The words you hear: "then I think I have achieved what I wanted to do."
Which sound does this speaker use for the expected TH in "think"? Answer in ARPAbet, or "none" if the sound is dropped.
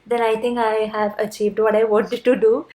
T